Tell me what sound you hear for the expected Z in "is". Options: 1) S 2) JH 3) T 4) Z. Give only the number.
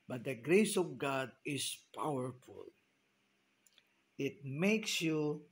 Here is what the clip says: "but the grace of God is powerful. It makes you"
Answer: 1